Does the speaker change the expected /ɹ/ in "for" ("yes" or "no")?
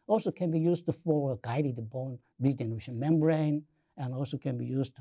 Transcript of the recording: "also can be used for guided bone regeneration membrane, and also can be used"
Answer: yes